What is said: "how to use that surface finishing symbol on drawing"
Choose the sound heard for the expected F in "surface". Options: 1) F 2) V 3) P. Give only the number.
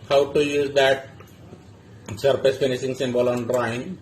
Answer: 3